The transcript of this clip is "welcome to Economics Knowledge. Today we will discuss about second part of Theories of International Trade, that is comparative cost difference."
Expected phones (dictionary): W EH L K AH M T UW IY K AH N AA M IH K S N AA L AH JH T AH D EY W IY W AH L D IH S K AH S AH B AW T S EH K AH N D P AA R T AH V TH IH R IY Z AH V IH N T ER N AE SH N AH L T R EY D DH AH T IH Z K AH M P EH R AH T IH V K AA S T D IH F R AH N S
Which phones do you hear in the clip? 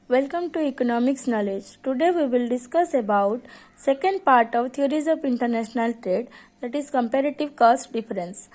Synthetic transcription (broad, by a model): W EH L K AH M T UW IY K AH N AA M IH K S N AA L AH JH T AH D EY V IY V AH L D IH S K AH S AH B AW T S EH K AH N D P AA R T AH V T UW R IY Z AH P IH N T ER N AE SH N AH L T R EY D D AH T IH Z K AH M P EH R AH T IH V K AA S T D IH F R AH N S